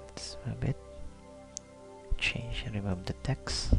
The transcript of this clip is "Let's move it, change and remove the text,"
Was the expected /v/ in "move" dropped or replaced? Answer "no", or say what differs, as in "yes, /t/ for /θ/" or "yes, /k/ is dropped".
yes, /b/ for /v/